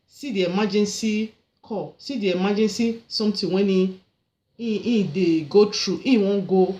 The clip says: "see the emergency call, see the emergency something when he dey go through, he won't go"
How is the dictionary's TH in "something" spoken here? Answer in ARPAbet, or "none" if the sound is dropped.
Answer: T